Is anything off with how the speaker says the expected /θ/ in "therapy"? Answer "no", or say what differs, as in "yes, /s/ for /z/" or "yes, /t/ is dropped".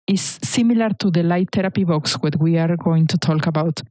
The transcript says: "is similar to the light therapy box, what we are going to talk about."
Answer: yes, /t/ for /θ/